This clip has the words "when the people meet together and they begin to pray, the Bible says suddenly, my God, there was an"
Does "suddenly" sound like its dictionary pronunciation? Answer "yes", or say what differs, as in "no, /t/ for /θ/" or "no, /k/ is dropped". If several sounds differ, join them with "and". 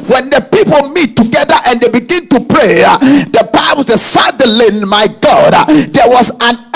no, /n/ is dropped